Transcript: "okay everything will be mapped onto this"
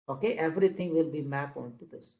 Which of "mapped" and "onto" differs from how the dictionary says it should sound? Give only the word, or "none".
mapped